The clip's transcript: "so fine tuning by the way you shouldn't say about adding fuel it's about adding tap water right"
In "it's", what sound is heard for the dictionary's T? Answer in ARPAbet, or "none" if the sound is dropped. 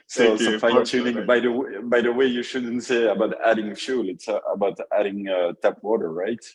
T